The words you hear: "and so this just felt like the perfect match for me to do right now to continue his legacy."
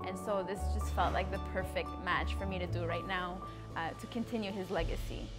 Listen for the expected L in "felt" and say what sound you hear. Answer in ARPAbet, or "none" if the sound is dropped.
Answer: L